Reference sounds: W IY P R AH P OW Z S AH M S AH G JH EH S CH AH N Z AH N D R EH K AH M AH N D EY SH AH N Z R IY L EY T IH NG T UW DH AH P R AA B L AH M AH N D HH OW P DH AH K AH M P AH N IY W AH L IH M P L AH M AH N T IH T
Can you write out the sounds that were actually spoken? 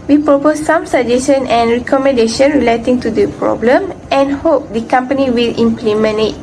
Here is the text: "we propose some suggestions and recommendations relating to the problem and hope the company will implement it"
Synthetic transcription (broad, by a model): W IY P R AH P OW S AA M S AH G JH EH S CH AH N AH N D R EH K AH M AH N D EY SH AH N R IY L EY T IH NG T UW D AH P R AA B L AH M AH N HH OW P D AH K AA M P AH N IY W AH L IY M P L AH M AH N IH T